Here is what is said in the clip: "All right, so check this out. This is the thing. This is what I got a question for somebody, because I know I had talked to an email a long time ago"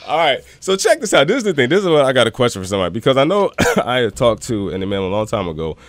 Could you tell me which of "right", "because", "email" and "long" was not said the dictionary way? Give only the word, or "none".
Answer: email